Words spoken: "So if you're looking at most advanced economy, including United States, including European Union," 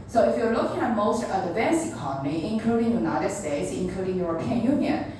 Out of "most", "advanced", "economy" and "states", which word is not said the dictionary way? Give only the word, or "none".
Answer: advanced